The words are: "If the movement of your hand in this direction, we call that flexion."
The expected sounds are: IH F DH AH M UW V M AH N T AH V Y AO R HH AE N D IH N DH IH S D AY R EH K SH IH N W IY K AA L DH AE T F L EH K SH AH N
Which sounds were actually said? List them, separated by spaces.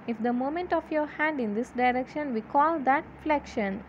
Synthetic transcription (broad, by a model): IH F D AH M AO M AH N T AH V Y AO R HH AE N D IH N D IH S D AY R EH K SH IH N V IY K AA L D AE T F L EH K SH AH N